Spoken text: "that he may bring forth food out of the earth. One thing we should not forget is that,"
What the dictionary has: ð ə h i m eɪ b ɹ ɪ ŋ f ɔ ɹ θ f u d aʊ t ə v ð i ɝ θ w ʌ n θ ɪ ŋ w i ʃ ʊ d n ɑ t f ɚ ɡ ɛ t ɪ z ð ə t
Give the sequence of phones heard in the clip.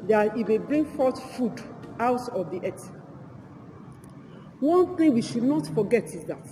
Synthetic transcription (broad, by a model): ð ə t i m eɪ b ɹ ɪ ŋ f ɔ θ f u d aʊ t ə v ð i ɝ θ w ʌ n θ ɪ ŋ w i ʃ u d n ɑ t f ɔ ɡ ɛ t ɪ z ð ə t